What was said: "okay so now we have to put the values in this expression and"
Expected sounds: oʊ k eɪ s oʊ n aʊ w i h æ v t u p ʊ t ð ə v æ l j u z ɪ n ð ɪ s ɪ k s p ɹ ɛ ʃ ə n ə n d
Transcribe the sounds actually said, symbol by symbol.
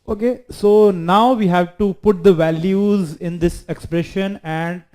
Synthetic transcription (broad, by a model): oʊ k eɪ s oʊ n aʊ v i h æ v t u p ʊ t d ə v æ l j u z ɪ n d ɪ s ɪ k s p ɹ ɛ ʃ ə n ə n d